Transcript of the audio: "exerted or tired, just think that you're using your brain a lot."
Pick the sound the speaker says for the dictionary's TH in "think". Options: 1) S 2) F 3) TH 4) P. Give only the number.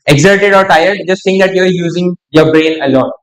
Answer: 1